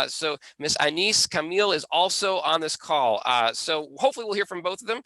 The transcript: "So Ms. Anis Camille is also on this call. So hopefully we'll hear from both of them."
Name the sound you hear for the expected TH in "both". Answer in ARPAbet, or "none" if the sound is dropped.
TH